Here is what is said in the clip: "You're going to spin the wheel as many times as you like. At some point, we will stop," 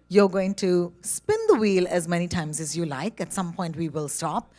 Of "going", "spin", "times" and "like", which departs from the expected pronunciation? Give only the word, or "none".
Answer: none